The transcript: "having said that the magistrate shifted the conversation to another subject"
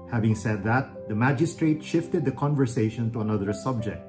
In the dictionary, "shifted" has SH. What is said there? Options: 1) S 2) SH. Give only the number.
2